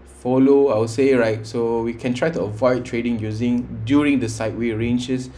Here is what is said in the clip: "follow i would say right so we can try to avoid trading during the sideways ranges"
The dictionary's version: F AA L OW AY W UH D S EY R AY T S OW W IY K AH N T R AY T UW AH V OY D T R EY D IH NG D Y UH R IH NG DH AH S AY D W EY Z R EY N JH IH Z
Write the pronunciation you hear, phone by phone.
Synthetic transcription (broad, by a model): F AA L OW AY W S EY R AY T S OW W IY K AH N T R AY T UW AH V OY D T R EY D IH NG D Y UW R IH NG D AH S AY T W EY R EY N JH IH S